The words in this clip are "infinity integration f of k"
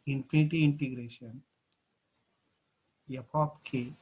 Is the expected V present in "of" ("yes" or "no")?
no